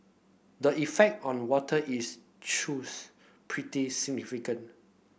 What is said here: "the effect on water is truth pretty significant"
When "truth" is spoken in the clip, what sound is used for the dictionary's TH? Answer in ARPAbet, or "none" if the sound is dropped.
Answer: S